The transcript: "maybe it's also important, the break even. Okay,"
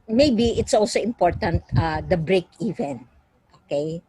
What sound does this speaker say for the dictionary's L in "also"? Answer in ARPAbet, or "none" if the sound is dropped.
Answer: L